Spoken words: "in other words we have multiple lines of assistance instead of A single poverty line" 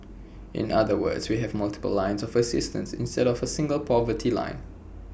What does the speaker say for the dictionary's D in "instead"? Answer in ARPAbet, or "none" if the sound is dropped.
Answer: D